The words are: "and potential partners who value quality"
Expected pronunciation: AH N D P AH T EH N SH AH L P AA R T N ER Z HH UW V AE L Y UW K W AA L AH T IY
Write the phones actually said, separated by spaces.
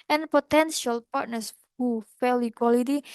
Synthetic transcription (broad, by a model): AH N P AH T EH N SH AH L P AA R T N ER S HH UW F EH L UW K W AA L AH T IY